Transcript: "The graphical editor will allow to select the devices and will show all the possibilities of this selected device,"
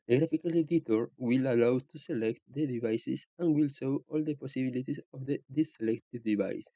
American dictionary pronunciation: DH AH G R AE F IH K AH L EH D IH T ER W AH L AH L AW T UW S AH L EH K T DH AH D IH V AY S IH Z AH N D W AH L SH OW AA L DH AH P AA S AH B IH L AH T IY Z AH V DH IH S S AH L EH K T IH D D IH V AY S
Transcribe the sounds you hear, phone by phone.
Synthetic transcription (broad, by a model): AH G R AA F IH K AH L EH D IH T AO W AH L AH L AW T UW S AH L EH K T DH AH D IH V AY S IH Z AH N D W AH L S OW AA L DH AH P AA S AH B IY L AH T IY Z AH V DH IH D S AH L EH K T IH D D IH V AY S